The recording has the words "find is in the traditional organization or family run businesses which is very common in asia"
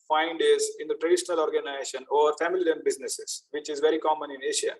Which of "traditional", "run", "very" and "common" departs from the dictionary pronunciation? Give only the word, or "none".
run